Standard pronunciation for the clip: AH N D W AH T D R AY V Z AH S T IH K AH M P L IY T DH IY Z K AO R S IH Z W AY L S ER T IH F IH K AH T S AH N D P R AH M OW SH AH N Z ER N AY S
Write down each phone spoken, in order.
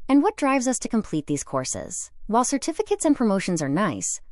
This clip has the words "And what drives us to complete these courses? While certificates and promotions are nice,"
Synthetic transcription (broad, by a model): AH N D W AH T D R AY V Z AH S T IH K AH M P L IY T DH IY Z K AO R S IH Z W AY L S ER T IH F IH K AH T S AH N P R AH M OW SH AH N Z ER N AY S